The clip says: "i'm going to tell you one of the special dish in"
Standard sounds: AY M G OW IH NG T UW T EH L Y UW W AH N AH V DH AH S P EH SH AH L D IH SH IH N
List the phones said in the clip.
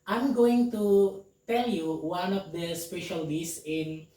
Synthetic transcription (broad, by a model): AY M G OW IH NG T UW T EH L Y UW W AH N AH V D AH S P EH SH AH L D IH S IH N